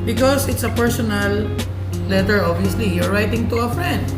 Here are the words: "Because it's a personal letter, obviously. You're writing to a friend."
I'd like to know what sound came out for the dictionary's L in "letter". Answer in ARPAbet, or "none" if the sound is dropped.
L